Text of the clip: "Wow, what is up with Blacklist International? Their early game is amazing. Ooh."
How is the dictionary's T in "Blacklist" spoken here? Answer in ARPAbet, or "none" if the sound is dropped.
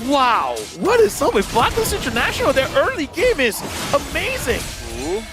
none